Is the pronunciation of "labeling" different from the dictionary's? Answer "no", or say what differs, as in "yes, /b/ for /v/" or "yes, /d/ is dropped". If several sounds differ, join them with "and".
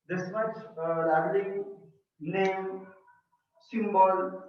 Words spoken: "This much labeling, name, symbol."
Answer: yes, /b/ is dropped